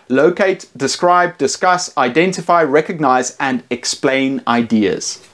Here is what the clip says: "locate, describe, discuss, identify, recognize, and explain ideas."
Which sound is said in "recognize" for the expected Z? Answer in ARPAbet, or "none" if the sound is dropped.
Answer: Z